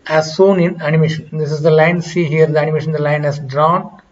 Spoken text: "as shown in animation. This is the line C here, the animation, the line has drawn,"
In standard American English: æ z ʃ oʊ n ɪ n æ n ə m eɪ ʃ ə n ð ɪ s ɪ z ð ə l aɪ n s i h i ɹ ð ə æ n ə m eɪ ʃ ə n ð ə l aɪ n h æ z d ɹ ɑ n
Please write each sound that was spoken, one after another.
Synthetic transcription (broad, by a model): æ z s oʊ n ɪ n æ n ə m eɪ ʃ ə n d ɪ s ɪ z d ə l aɪ n s i h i ɹ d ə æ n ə m eɪ ʃ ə n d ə l aɪ n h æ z d ɹ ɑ n